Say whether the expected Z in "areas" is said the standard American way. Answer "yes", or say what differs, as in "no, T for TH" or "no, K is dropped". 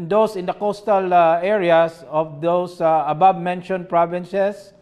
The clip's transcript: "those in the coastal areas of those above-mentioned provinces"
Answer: no, S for Z